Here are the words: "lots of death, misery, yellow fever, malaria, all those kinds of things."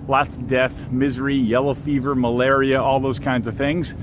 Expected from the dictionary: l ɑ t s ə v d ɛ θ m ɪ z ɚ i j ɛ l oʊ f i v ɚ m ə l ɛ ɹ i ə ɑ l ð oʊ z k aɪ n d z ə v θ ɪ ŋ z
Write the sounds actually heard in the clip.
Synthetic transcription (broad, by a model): l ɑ t s d ɛ θ m ɪ z ɚ i j ɛ l oʊ f i v ɚ m ə l ɛ ɹ i ə ɑ l ð oʊ z k aɪ n d z ə v θ ɪ ŋ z